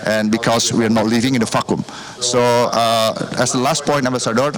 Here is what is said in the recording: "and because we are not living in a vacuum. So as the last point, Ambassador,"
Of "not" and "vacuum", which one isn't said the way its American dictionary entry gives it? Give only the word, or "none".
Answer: vacuum